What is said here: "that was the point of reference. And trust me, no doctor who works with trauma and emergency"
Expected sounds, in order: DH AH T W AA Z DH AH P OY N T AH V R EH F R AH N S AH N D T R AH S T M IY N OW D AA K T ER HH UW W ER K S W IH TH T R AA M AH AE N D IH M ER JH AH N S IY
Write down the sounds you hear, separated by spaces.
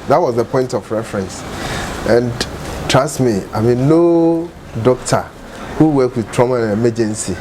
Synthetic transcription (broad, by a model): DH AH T W AA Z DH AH P OY N T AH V R EH F R AH N S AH N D T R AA S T M IY N OW D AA K T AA HH UW W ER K W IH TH T R AA M AH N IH M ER JH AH N S IY